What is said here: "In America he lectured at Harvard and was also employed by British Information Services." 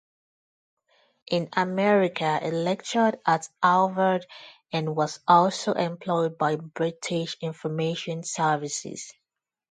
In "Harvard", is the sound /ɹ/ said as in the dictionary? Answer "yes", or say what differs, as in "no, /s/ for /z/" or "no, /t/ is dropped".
no, /l/ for /ɹ/